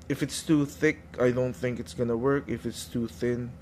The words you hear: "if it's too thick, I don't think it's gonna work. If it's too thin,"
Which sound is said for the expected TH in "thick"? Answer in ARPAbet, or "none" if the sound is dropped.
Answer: TH